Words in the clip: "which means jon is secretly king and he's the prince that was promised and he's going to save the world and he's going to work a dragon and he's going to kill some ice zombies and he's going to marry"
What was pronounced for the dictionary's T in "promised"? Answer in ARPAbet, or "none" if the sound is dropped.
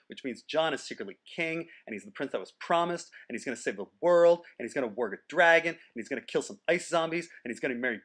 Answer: T